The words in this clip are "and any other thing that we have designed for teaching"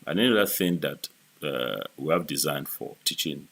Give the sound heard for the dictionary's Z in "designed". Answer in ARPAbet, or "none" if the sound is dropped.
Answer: Z